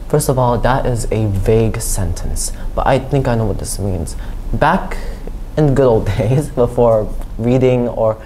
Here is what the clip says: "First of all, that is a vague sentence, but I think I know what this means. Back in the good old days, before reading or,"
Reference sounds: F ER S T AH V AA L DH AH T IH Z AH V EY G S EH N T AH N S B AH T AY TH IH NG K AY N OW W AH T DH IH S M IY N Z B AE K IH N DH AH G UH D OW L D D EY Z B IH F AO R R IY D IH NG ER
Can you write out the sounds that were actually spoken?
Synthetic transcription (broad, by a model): F ER S T AH V AA L DH AH T IH Z AH V EY G S EH N T AH N S B AH T AY TH IH NG K AY N OW W AH T DH IH S M IY N Z B AE K IH N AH G UH D OW L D D EY Z B IH F AO R R IY D IH NG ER